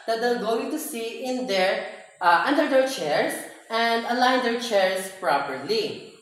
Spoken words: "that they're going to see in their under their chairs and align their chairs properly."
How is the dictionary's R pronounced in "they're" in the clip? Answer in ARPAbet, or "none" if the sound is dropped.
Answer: L